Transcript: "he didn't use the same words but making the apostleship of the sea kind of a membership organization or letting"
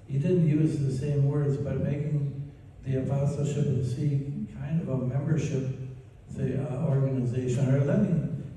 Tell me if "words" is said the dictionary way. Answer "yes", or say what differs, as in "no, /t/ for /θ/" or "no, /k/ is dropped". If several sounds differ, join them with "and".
yes